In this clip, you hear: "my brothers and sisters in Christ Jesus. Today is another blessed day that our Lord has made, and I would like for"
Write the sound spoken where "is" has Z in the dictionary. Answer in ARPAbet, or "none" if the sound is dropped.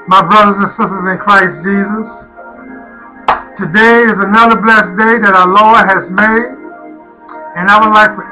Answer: Z